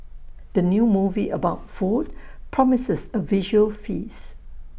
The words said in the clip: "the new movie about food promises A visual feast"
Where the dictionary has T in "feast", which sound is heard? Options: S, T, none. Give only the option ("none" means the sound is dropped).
none